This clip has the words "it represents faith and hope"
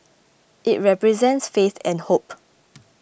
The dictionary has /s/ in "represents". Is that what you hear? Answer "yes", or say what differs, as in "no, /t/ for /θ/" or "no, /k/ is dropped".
yes